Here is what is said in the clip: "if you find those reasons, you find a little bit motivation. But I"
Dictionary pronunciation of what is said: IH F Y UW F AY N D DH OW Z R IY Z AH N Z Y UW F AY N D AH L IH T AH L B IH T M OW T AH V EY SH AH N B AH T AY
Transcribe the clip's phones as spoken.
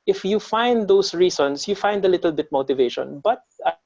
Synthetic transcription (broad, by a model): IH F Y UW F AY N D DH OW S R IY S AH N S Y UW F AY N D AH L IH T AH L B IH T M OW T AH V EY SH AH N B AH T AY